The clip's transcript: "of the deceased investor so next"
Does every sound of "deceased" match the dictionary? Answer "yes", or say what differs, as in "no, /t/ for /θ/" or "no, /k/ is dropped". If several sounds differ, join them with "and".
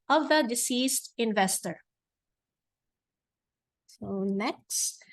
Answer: yes